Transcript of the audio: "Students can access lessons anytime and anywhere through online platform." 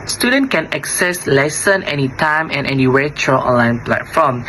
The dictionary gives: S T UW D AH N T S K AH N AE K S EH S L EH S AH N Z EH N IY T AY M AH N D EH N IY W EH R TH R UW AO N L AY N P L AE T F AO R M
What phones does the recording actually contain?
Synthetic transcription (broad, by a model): S T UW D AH N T K AH N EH K S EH S L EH S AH N EH N IY T AY M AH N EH N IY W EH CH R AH AO N L AY N P L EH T F AO M